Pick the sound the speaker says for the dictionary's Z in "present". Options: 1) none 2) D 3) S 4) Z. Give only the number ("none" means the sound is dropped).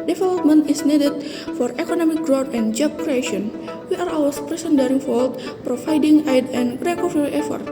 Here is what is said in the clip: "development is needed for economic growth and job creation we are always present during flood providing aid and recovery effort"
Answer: 3